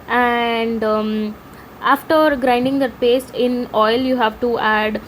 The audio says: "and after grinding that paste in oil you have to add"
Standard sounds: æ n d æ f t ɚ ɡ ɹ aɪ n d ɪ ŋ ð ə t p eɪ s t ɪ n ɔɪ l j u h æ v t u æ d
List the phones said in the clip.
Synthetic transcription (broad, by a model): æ n d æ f t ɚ ɡ ɹ aɪ n d ɪ ŋ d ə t p eɪ s ɪ n ɔɪ l j u h æ v t u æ d